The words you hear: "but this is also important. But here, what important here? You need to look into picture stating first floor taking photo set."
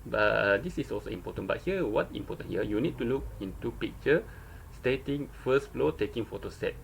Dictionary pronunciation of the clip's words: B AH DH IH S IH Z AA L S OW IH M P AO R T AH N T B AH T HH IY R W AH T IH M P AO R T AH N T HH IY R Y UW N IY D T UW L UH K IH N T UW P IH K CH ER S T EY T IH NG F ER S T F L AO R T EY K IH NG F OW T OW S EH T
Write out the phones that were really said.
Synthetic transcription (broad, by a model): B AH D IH S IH S AA L S OW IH M P AO T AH N B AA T HH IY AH W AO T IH M P AO T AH N HH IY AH Y UW N IY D T UW L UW K IH N T UW P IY K CH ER S T EY T IH NG F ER S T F L AO T EY K IH NG F OW T OW S EH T